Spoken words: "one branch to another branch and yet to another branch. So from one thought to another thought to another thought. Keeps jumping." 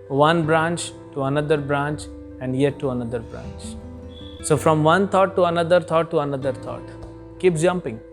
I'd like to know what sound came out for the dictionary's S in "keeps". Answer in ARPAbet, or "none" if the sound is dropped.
none